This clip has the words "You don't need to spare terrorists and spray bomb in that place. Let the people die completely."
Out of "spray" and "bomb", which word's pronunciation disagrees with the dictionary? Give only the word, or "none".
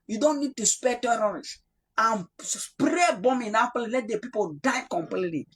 none